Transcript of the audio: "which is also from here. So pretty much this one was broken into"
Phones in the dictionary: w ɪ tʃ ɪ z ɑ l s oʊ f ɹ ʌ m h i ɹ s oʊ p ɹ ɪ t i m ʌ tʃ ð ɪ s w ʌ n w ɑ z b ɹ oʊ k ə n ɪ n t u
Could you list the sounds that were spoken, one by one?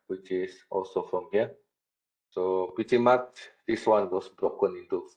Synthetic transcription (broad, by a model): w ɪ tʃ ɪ s ɑ l s oʊ f ɹ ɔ m h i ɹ s oʊ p ɪ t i m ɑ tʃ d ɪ s w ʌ n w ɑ s b ɹ oʊ k ə n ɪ n t u